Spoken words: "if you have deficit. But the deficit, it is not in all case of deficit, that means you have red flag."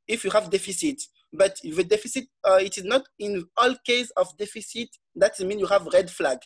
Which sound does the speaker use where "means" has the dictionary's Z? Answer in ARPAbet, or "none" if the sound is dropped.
none